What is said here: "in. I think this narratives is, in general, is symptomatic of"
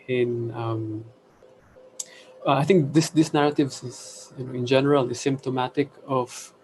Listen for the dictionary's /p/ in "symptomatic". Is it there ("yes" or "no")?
yes